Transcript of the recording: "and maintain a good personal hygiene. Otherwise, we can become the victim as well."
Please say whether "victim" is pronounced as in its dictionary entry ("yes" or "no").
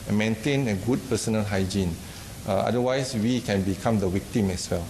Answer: no